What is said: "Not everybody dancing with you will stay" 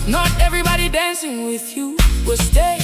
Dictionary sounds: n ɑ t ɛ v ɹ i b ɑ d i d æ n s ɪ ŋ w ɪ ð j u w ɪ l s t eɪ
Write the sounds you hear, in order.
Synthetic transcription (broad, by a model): n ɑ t ɛ v ɹ i b ɑ d i d æ n s ɪ ŋ w ɪ ð j u w ɪ l s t eɪ